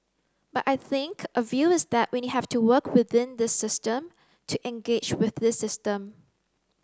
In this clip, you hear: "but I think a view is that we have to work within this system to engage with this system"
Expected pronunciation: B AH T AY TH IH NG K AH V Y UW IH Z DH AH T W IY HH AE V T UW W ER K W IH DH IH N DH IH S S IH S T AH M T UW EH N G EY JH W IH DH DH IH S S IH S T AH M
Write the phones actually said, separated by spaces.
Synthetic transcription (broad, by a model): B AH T AY TH IH NG K AH V Y UW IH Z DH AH T W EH HH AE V T UW W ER K W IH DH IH N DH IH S S IH S T AH M T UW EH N G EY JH W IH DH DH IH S S IH S T AH M